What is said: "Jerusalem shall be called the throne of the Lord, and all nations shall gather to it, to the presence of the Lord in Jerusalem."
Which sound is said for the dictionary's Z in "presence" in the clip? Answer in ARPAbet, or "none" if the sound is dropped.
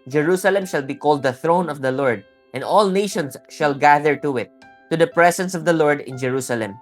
S